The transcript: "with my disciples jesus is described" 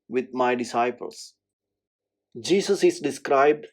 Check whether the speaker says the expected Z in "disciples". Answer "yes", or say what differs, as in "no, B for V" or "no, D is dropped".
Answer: no, S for Z